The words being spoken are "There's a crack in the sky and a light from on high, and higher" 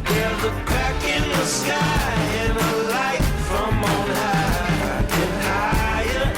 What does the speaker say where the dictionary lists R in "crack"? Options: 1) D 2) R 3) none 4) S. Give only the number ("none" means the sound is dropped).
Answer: 3